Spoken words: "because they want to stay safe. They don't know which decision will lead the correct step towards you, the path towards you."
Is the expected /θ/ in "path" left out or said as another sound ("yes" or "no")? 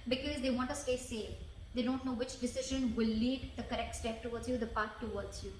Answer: yes